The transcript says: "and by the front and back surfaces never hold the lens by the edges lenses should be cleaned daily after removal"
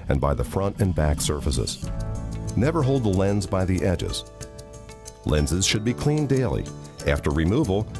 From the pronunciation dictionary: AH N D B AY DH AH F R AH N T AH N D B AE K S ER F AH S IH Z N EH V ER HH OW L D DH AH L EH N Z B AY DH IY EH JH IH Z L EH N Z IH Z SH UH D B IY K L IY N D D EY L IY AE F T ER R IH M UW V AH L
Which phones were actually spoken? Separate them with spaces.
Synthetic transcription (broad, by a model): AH N B AY DH AH F R AH N T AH N B AE K S ER F AH S IH Z N EH V ER HH OW L D DH AH L EH N Z B AY DH IY EH JH IH Z L EH N Z IH Z SH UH D B IY K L IY N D D EY L IY AE F T ER R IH M UW V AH L